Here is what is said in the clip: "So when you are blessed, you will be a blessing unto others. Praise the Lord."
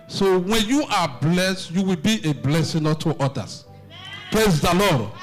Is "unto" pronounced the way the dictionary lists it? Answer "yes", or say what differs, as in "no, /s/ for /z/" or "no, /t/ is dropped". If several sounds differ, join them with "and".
no, /n/ is dropped